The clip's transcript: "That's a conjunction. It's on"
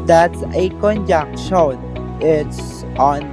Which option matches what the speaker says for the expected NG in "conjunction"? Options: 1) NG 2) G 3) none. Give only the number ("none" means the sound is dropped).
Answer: 3